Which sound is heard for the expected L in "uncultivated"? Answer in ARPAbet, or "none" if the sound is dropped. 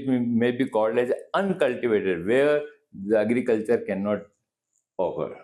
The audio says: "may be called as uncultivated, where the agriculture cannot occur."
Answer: L